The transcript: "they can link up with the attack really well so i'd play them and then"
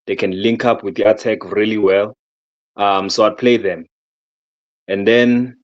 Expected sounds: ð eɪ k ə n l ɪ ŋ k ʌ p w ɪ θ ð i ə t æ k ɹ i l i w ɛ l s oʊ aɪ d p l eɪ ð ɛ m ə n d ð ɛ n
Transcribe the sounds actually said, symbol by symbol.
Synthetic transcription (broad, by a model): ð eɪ k ə n l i ŋ k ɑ p w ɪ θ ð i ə t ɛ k ɹ i l i w ɛ l s oʊ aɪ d p l eɪ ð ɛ m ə n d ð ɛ n